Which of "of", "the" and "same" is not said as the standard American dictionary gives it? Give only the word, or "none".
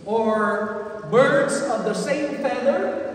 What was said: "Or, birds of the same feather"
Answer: none